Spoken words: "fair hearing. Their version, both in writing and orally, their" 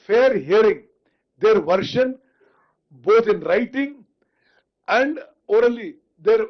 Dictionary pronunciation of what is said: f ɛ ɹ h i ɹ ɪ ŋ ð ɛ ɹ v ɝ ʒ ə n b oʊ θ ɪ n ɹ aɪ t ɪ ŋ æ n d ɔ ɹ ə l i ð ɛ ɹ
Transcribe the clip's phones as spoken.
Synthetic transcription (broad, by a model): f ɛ ɹ h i ɹ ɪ ŋ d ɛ ɹ v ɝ ʃ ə n b oʊ t ɪ n ɹ aɪ t ɪ ŋ æ n d ɔ ɹ ə l i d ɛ ɹ